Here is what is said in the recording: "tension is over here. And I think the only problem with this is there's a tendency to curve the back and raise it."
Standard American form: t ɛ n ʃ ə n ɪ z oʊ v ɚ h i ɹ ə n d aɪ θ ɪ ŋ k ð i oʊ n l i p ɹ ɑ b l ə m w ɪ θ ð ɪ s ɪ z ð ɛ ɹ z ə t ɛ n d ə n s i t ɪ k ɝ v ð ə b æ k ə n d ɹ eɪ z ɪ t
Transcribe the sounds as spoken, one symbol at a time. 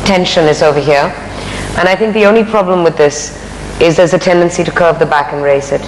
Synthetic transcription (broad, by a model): t ɛ n ʃ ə n ɪ z oʊ v ɚ h i ɹ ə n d aɪ θ ɪ ŋ k ð i oʊ n l i p ɹ ɑ b l ə m w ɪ ð ɪ s ɪ z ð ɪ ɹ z ə t ɛ n d ə n s i t ɪ k ɝ v ð ə b æ k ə n ɹ eɪ s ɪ t